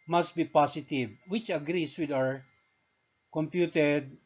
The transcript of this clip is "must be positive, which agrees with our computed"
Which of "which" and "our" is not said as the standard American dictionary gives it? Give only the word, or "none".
none